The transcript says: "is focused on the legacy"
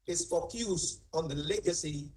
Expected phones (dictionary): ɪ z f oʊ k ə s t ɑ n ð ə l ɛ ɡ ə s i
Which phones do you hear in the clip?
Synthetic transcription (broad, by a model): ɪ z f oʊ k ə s ɑ n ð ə l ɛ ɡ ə s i